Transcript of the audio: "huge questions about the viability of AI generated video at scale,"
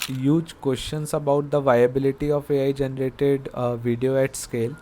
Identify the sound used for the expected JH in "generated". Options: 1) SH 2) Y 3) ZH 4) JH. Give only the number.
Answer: 4